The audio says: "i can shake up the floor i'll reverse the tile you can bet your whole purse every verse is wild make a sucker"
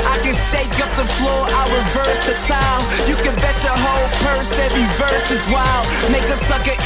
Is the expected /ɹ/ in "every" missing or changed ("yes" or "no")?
yes